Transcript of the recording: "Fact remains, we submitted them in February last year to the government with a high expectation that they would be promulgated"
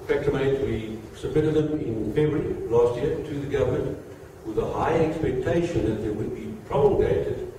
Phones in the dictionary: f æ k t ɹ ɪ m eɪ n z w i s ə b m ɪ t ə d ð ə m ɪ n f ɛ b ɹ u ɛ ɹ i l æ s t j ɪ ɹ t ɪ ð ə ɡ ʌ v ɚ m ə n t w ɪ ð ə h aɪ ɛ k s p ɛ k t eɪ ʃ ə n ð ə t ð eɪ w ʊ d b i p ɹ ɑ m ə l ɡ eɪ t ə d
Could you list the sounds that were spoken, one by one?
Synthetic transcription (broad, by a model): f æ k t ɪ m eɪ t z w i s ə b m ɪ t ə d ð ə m ɪ n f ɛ ɹ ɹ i l æ s t j ɪ ɹ t ɪ ð ə ɡ ʌ v ɚ m ə n t w ɪ ð ə h aɪ ɛ k s p ɛ k t eɪ ʃ ə n ð ə t ð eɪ w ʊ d b i p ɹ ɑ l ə ɡ eɪ t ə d